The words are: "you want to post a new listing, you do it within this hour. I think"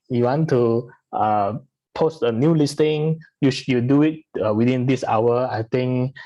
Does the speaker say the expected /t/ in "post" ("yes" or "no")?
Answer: yes